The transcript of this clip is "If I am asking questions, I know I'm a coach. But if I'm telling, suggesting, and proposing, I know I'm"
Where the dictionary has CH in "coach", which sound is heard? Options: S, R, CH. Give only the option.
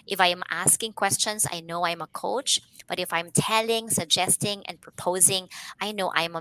CH